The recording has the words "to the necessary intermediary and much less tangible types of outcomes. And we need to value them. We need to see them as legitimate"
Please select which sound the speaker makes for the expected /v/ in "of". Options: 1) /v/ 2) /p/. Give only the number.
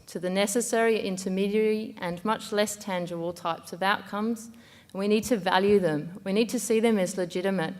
1